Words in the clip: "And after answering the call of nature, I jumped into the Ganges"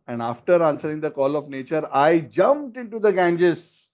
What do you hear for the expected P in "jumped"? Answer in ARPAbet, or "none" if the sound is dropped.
P